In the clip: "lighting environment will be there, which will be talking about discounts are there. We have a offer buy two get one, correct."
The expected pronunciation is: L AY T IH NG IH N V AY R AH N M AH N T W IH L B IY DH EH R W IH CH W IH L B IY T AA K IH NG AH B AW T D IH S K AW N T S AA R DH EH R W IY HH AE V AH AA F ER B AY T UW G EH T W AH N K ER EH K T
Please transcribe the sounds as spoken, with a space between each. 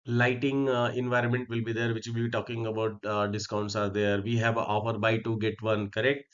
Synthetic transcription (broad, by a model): L AY T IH NG IH N V AY R AH N M AH N T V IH L B IY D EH R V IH CH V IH L B IY T AA K IH NG AH B AW T D IH S K AW N T S AA R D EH R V IY HH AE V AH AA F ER B AY T UW G EH T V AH N K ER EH K T